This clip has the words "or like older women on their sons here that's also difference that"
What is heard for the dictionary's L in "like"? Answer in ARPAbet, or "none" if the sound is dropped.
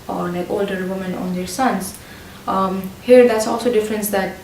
N